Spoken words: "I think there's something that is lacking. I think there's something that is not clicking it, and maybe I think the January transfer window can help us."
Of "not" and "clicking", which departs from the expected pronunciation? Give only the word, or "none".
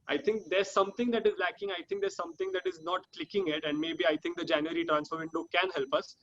none